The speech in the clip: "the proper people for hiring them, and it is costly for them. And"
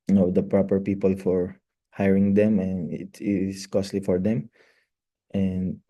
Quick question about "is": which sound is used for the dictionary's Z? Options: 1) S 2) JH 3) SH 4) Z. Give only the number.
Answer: 1